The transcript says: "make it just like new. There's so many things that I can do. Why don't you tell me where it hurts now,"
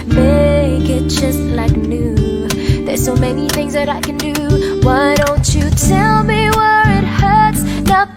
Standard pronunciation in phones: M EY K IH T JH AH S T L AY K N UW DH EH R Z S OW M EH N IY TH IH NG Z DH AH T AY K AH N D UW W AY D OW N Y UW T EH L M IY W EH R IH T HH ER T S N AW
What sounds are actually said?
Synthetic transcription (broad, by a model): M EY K IH T JH AH S T L AY K N UW DH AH R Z S OW M EH N IY TH IH NG Z DH AH T AY K AH N D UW W AY D OW N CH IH T EH L M IY W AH R IH T HH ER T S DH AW